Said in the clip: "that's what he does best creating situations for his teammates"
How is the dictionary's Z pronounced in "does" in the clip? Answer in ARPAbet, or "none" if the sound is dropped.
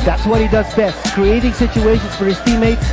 Z